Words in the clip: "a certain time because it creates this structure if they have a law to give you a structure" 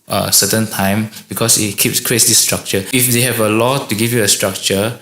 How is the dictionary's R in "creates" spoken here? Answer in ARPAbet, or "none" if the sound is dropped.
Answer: none